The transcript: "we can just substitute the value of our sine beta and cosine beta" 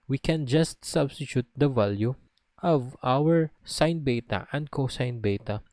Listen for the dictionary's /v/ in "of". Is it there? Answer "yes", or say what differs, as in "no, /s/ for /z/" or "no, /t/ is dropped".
yes